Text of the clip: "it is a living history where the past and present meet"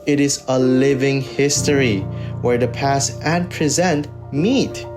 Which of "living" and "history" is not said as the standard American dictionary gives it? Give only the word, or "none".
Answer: none